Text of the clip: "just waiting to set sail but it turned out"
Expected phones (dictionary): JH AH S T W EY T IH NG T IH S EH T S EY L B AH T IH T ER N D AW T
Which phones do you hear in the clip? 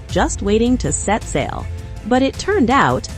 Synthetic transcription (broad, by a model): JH AH S T W EY T IH NG T IH S EH T S EY L B AH T IH T ER N D AW T